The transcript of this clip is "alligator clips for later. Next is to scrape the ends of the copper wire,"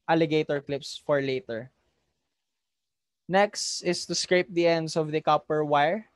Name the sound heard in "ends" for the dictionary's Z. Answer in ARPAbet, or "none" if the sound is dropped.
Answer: S